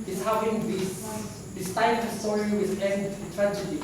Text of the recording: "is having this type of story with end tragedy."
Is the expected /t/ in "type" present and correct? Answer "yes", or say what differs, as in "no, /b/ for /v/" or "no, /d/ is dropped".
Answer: no, /s/ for /t/